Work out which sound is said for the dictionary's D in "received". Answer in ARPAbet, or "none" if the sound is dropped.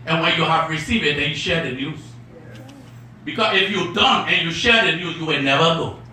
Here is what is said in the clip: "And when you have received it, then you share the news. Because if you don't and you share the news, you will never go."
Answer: none